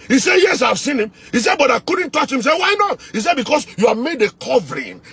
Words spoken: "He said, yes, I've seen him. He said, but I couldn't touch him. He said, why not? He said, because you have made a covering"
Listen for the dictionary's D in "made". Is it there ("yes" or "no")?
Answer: yes